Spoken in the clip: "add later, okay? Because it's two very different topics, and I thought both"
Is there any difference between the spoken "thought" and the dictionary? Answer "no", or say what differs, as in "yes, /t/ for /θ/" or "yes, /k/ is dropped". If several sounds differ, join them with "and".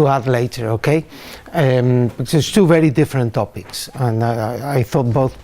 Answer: no